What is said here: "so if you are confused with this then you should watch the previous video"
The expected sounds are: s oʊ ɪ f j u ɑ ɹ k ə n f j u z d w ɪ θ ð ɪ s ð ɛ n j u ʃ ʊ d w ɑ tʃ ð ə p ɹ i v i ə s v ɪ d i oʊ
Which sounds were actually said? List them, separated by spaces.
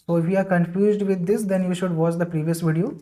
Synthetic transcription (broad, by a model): s oʊ ɪ f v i ɑ ɹ k ə n f j u z d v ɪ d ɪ s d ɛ n j u ʃ ʊ d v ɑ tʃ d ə p ɹ i v i ə s v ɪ d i oʊ